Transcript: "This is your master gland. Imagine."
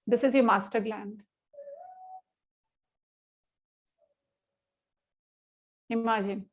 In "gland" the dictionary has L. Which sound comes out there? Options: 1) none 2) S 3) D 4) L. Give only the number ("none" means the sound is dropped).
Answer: 4